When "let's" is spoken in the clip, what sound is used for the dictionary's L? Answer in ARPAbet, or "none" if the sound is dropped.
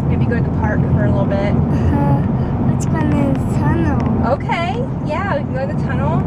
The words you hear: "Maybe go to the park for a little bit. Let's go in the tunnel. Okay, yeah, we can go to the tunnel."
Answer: W